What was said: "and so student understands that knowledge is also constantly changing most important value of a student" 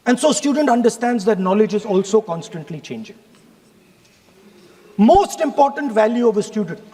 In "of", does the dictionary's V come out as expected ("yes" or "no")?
yes